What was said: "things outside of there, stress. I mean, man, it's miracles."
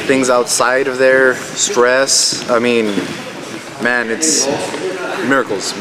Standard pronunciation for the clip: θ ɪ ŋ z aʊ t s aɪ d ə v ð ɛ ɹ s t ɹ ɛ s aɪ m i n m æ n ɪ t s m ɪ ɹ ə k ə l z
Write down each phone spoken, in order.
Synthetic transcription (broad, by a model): θ ɪ ŋ z aʊ t s aɪ d ə v ð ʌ ɹ s t ɹ ɛ s aɪ m i n m æ n ɪ t s m ɪ ɹ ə k l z